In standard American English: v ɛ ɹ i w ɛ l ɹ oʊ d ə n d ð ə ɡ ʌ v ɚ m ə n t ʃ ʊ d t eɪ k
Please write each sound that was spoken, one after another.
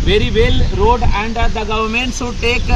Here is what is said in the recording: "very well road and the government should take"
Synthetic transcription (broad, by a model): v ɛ ɹ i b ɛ l ɹ oʊ d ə n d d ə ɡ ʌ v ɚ m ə n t s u t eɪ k